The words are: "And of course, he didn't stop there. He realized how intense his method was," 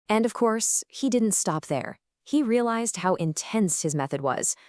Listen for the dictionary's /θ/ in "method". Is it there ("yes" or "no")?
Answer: yes